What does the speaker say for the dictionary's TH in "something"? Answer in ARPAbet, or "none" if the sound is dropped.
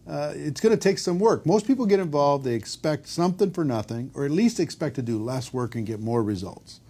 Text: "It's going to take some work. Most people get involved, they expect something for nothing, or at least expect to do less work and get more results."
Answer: TH